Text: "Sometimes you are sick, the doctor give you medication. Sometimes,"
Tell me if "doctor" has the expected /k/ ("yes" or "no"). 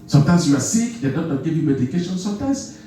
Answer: no